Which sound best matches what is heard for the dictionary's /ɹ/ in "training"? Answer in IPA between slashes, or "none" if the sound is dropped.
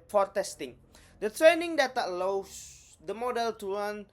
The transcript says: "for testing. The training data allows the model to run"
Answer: /ɹ/